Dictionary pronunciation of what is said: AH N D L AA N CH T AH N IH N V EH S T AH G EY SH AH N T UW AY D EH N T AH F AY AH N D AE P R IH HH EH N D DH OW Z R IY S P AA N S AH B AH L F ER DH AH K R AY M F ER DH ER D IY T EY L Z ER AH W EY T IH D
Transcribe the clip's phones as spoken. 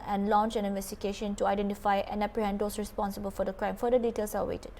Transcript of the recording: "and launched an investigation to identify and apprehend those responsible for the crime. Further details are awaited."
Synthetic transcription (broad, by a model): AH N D L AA N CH AH N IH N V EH S T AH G EY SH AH N T UW AY D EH N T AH F AY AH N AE P R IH HH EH N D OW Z R IY S P AA N S AH B AH L F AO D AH K R AY M F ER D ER D IY T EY L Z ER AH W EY T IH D